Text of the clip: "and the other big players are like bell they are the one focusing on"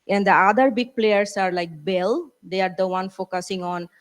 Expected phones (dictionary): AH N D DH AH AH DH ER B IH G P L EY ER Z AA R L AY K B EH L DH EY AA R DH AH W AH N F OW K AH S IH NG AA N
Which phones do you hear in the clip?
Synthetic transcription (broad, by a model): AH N D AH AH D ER B IH G P L EY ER S AA R L AY K B EH L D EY AA R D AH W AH N F OW K AH S IH NG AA N